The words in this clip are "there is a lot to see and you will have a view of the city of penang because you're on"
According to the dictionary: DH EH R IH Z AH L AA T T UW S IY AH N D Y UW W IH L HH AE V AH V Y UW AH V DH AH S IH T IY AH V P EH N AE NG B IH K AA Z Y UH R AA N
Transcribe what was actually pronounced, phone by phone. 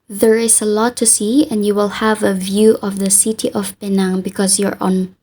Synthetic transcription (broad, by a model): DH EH R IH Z AH L AA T T UW S IY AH N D Y UW W IH L HH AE V AH V Y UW AH V DH AH S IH T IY AH V B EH N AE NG B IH K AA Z Y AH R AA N